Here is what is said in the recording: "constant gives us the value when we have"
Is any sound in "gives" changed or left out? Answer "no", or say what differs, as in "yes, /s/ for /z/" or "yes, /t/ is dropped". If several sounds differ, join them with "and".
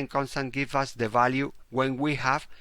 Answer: yes, /z/ is dropped